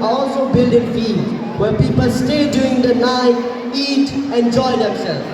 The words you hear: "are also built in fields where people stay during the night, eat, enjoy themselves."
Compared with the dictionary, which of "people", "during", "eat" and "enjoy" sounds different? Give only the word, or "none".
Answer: during